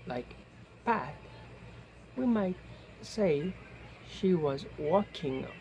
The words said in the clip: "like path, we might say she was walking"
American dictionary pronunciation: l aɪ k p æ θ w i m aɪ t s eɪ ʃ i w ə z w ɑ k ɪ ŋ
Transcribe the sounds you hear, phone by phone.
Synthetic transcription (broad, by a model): l aɪ k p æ t w i m aɪ t s eɪ ʃ i w ə z w ɑ k ɪ ŋ